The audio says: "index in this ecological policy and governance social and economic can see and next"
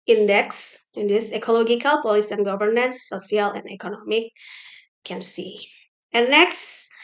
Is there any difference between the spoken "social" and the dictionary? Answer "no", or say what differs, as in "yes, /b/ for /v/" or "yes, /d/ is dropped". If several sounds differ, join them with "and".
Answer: yes, /ʃ/ is dropped